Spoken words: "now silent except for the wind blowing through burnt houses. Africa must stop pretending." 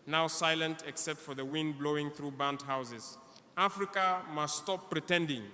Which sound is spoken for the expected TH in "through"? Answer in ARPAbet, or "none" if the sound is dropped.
TH